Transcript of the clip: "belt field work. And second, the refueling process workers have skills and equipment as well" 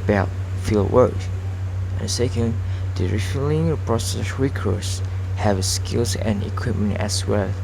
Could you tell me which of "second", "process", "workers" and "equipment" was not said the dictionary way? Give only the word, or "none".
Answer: workers